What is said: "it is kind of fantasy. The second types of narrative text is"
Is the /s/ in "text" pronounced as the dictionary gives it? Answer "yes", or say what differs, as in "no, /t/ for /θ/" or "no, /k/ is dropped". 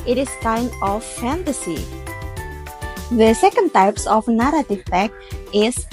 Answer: no, /s/ is dropped